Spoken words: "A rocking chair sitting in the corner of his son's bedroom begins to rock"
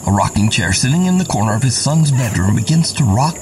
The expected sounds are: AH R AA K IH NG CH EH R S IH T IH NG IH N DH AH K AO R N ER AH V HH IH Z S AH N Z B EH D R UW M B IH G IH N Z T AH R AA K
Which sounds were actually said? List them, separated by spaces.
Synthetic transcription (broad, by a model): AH R AA K IH NG CH EH R S IH T IH NG IH N DH AH K AO R N ER AH V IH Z S AH N Z B EH D R UW M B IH G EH N S T AH R AA K